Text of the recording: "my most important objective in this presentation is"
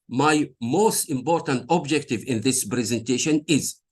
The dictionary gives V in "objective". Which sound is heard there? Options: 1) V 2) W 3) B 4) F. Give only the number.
1